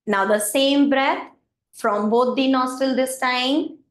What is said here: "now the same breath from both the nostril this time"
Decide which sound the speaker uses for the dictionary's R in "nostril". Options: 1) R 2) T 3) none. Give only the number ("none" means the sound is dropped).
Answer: 3